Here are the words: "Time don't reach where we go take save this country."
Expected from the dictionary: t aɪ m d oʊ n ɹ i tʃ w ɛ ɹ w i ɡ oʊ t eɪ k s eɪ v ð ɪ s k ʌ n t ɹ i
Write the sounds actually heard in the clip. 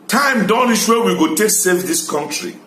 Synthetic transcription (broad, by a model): t aɪ m d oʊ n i ʃ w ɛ w i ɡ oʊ t eɪ k s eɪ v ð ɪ s k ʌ n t ɹ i